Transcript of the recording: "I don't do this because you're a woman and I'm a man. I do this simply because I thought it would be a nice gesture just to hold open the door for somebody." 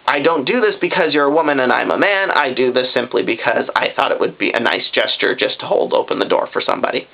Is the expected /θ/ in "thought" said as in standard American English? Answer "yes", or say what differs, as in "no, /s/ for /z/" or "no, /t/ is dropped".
yes